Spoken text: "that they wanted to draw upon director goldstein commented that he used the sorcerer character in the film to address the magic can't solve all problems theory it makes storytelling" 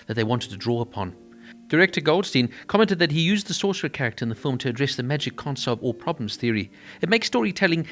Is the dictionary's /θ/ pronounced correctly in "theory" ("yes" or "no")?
yes